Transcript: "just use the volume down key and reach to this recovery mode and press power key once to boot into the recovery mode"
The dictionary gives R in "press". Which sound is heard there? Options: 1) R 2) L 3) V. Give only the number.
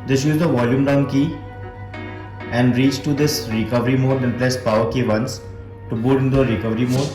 2